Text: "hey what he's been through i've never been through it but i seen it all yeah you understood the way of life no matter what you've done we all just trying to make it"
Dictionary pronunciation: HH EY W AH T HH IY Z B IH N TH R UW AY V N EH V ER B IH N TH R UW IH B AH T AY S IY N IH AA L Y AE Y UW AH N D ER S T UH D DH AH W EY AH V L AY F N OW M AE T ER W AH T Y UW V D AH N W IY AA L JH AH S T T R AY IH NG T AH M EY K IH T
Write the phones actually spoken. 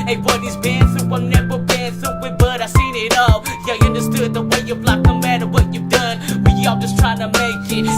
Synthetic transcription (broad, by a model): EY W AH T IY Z B IH N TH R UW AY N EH B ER B IH N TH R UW IH B AH T AY S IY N IH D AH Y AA AH N D ER S T UH D DH AH W EY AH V L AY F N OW M AE T ER W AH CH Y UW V D AH N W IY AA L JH AH S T T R AY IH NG T AH M EY K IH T